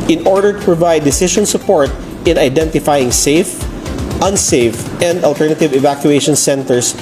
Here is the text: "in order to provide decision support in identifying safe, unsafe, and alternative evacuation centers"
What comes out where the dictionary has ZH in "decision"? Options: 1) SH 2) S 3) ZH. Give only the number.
1